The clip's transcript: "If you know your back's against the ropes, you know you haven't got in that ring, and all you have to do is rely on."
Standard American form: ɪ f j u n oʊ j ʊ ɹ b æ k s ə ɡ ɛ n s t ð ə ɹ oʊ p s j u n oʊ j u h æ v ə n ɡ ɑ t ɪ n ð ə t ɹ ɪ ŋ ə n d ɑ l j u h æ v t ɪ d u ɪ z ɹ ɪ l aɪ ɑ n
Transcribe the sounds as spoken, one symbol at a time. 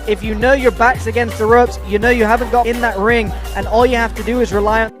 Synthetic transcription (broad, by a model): ɪ f j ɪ n oʊ j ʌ ɹ b æ k s ə ɡ ɛ n s t ð ə ɹ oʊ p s j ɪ n oʊ j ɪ h æ v ə n ɡ ɑ t ɪ n ð ə t ɹ ɪ ŋ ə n ɑ l j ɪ h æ f t ɪ d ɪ ɪ z ɹ ɪ l aɪ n